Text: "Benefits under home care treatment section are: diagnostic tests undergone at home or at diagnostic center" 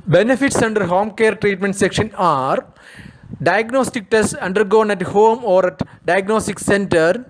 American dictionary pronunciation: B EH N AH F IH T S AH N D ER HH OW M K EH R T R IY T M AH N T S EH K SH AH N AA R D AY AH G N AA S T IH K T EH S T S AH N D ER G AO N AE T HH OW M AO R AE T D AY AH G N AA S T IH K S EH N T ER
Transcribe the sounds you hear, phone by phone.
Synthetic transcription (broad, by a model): B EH N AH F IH T S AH N D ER HH OW M K EH R T R IY T M AH N T S EH K SH AH N AA R D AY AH G N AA S T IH K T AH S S AH N D ER G AO N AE T HH OW M AO R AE T D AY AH G N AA S T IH K S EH N T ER